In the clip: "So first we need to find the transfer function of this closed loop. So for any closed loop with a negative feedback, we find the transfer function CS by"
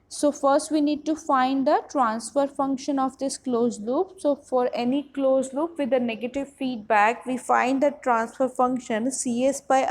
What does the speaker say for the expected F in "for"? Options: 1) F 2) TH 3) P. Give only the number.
1